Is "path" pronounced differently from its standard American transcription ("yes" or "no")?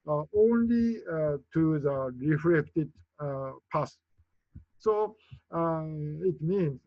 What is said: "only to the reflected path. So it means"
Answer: yes